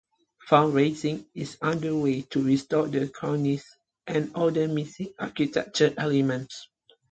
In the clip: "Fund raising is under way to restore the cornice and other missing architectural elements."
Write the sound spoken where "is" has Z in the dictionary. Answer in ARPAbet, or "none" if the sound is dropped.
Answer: S